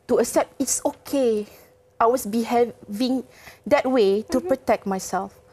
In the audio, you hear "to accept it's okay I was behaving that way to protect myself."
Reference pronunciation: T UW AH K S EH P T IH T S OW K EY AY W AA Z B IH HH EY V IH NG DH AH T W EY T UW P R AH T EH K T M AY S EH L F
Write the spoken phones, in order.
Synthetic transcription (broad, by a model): T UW AH K S EH P T IH T S OW K EY AY W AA S B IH HH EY V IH NG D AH T W EY T UW P R AH T EH K T M AY S EH L F